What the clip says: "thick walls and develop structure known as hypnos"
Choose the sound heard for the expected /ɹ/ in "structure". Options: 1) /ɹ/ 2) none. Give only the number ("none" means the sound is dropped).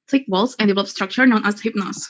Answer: 1